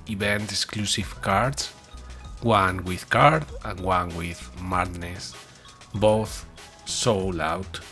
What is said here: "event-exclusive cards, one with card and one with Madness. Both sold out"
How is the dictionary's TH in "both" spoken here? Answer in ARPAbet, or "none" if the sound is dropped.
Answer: TH